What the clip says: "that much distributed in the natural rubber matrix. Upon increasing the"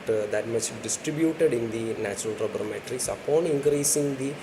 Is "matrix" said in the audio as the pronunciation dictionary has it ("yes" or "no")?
yes